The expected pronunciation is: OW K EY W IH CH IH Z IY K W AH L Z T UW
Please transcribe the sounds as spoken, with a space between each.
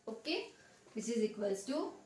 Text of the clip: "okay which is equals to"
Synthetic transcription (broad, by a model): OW K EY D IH S IH Z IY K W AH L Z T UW